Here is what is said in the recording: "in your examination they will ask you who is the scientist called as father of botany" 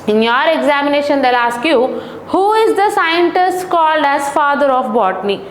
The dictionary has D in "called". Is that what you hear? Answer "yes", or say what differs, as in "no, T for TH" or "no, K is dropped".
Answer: yes